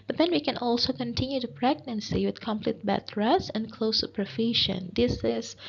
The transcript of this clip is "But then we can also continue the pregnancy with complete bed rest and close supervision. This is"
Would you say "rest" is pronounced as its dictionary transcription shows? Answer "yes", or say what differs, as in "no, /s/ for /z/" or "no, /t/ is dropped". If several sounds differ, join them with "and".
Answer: no, /t/ is dropped